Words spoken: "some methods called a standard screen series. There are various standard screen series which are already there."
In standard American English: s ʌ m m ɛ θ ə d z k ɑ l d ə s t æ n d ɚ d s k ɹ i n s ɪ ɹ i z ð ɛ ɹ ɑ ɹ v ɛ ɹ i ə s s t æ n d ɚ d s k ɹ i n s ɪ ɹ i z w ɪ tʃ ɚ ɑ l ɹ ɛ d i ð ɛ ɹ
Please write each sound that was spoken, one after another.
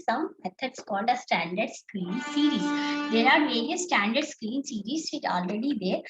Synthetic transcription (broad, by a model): s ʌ m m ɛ t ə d s k ɑ l d ə s t æ n d ɚ d s k ɹ i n s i ɹ i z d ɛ ɹ ɑ ɹ v ɛ ɹ i ə s s t æ n d ɚ d s k ɹ i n s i ɹ i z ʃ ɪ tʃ ɑ l ɹ ɛ d i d ɛ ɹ